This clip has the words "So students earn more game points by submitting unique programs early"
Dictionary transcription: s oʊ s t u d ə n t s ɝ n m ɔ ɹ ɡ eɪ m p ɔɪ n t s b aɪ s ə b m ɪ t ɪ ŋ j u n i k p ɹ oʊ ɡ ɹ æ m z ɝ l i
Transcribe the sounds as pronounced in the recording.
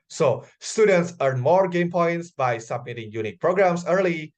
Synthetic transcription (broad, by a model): s oʊ s t u d ə n t s ɝ n m ɔ ɹ ɡ eɪ m p ɔɪ n t s b aɪ s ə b m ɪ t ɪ ŋ j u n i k p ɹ oʊ ɡ ɹ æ m s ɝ l i